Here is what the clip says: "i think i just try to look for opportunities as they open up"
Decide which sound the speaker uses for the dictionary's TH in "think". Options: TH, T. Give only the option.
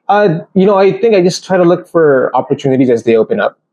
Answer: TH